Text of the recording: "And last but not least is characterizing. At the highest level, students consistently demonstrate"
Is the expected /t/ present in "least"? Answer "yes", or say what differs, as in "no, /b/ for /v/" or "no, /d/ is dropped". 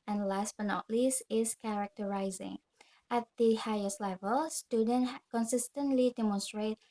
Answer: no, /t/ is dropped